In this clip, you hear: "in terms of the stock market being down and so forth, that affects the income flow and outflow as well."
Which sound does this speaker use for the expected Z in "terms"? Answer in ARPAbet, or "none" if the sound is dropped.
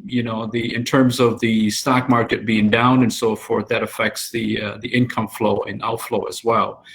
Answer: Z